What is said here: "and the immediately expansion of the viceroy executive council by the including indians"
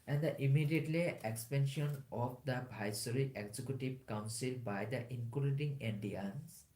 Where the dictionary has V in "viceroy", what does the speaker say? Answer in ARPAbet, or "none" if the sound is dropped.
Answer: B